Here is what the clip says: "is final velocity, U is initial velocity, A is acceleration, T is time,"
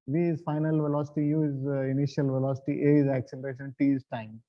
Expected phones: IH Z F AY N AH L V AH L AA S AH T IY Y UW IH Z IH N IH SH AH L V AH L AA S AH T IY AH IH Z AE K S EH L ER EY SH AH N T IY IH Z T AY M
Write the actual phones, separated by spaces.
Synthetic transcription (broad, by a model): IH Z F AY N AH L V AH L AA S AH T IY Y UW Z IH N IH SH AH L V AH L AA S AH T IY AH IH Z AE K S EH L ER EY SH AH N T IY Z T AY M